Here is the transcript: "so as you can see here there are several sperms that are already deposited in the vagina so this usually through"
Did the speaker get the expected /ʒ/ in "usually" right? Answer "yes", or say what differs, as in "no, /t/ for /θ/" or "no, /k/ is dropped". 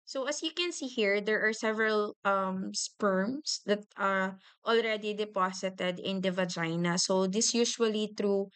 no, /ʃ/ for /ʒ/